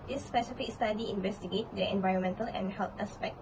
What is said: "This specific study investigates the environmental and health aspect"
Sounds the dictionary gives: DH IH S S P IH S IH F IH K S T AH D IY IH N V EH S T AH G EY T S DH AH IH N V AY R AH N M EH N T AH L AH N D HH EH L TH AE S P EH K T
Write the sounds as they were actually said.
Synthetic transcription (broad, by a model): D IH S S P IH S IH F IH K S T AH D IY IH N V EH S T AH G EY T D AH IH N V AY R AH N M EH N T AH L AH N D HH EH L T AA S P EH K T